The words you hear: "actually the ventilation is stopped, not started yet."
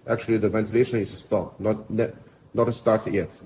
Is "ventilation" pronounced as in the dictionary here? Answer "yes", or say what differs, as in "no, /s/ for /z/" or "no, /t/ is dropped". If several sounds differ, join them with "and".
yes